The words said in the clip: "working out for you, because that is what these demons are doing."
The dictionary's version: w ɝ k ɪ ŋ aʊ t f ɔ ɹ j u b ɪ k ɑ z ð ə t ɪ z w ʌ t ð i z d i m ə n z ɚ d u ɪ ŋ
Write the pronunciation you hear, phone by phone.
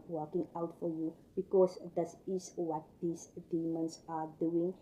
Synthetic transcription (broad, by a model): w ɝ k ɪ ŋ aʊ t f ɔ ɹ j u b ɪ k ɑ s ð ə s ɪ s w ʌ t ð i s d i m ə n s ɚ d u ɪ ŋ